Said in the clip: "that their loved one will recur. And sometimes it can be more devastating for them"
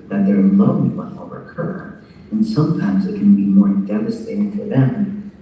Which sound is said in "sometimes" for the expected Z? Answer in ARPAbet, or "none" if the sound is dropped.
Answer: Z